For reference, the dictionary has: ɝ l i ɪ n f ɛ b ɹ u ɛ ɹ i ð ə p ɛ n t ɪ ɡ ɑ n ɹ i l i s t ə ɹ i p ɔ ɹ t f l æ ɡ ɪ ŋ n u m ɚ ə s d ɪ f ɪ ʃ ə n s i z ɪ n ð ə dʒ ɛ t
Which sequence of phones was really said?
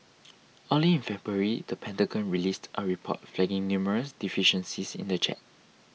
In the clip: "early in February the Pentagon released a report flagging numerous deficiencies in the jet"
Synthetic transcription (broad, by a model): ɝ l i ɪ n f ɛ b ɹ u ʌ ɹ i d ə p ɛ n t ɪ ɡ ɑ n ɹ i l i s t ə ɹ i p ɔ t f l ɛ ɡ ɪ ŋ n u m ɚ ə s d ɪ f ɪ ʃ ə n s i s ɪ n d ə tʃ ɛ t